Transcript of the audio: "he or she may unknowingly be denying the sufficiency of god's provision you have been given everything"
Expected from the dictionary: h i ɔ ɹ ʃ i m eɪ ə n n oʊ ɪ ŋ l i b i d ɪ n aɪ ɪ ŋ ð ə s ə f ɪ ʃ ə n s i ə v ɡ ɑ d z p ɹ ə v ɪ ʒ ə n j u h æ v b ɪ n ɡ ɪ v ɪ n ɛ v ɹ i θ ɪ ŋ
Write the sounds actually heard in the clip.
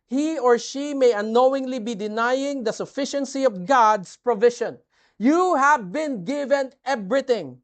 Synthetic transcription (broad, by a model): h i ɔ ɹ ʃ i m eɪ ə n n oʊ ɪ ŋ l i b i d ɪ n aɪ ɪ ŋ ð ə s ə f ɪ ʃ ə n s i ə v ɡ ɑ d s p ɹ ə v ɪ ʃ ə n j u h æ v b ɪ n ɡ ɪ v ɪ n ɛ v ɹ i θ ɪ ŋ